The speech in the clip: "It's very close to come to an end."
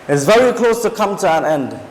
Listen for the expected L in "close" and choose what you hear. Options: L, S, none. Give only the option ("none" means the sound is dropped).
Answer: L